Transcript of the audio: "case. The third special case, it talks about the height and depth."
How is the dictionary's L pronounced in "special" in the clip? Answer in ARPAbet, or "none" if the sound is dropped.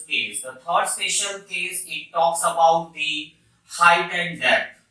N